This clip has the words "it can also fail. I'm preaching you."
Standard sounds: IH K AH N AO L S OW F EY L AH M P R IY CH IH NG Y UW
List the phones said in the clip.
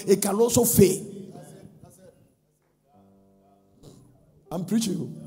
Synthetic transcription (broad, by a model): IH K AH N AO S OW F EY AH M P R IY CH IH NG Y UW